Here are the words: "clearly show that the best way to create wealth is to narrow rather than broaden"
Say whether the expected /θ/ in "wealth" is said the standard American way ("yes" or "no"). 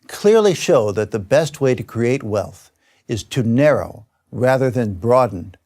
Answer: yes